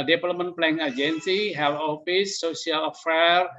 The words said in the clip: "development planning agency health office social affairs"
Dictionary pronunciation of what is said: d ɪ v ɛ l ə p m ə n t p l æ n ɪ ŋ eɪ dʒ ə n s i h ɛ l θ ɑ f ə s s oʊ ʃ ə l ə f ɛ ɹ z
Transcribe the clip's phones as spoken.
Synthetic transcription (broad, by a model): d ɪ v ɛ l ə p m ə n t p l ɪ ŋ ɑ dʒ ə n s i h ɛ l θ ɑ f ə s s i ə l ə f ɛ ɹ